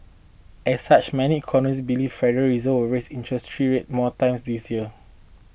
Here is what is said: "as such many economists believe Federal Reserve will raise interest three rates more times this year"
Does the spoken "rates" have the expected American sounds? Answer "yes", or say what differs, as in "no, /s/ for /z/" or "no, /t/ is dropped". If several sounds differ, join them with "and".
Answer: no, /s/ is dropped